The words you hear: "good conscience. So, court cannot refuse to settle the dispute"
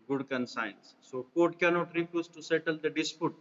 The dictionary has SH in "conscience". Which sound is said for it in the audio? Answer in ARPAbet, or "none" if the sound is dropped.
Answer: S